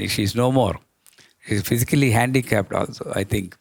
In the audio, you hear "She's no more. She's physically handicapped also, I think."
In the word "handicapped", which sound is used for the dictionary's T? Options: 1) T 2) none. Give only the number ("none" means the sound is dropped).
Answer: 1